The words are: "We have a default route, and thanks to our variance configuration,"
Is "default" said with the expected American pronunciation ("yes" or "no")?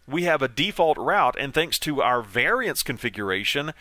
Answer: yes